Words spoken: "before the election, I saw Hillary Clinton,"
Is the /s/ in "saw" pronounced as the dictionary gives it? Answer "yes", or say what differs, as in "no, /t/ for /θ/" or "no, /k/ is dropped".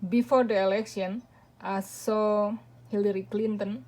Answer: yes